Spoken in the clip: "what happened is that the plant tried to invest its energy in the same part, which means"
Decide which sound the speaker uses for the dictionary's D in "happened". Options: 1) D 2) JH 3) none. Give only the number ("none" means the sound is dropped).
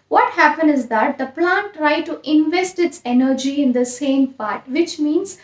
3